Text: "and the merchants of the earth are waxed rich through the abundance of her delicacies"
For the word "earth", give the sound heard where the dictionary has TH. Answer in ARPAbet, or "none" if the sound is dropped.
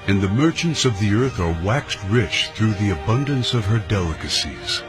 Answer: TH